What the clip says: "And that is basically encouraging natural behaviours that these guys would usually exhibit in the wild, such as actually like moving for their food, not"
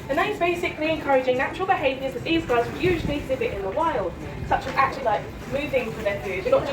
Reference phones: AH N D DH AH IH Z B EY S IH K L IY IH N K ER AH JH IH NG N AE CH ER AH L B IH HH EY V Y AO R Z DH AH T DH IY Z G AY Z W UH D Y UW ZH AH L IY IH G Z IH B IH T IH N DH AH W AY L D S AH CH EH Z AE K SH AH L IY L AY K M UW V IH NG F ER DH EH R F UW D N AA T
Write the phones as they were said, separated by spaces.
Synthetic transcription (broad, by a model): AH N DH AH IH Z B EY S IH K L IY IH N K ER AH JH IH NG N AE CH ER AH L B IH HH EY V Y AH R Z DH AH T DH IY Z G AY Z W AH Y UW ZH AH L IY IH G Z IH B IH T IH N DH AH W AY L D S AH CH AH Z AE K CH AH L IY L AY K M UW V IH NG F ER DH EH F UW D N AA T